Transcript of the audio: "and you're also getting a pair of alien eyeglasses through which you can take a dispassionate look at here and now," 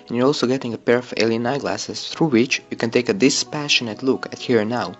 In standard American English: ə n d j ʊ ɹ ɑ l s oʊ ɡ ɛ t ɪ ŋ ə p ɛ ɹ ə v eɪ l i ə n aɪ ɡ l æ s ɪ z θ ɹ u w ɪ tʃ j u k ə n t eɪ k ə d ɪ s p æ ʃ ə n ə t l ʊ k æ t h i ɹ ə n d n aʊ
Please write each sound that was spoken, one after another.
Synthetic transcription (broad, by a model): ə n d j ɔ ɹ ɑ l s oʊ ɡ ɛ t ɪ ŋ ə p ɛ ɹ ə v eɪ l i ə n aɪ ɡ l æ s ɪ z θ ɹ u w ɪ tʃ j u k ə n t eɪ k ə d ɪ s p æ ʃ ə n ə t l ʊ k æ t h i ɹ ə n n aʊ